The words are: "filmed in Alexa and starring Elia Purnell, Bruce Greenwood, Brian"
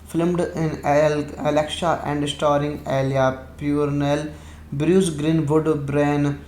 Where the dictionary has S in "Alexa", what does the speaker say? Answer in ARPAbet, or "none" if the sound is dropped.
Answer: SH